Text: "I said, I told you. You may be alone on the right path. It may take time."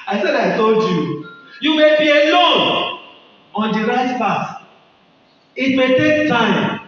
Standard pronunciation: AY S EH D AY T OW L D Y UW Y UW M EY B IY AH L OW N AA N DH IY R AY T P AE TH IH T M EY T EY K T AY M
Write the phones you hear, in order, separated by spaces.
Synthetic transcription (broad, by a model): AY S EH D AY T OW L D Y UW Y UW M EY B IY AH L OW N AA N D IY R AY T P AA T IH T M EY T EY K T AY M